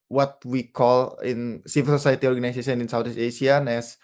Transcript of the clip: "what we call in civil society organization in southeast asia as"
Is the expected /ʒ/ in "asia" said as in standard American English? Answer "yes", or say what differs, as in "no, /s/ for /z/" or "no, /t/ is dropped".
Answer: no, /s/ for /ʒ/